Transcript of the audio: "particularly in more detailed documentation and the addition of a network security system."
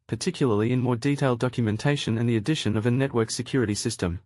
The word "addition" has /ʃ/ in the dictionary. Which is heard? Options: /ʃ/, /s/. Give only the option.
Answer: /ʃ/